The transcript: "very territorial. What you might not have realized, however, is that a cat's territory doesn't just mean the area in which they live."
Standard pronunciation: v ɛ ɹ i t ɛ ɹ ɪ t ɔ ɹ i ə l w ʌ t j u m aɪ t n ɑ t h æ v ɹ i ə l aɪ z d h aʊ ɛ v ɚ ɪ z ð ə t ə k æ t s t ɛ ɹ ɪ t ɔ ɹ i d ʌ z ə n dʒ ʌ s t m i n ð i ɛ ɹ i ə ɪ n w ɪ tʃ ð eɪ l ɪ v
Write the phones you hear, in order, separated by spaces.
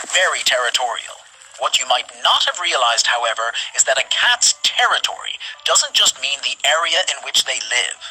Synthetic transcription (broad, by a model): v ɛ ɹ i t ɛ ɹ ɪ t ɔ ɹ i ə l w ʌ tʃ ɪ m aɪ t n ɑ t h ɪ v ɹ i ə l aɪ z d h aʊ ɛ v ɚ ɪ z ð ə t ə k æ t s t ɛ ɹ ɪ t ɔ ɹ i d ʌ z ə n dʒ ʌ s t m i n ð i ɛ ɹ i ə ɪ n w ɪ tʃ ð eɪ l ɪ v